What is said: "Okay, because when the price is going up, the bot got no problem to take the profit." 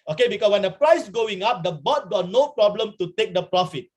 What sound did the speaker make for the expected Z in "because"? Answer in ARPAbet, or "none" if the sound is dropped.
S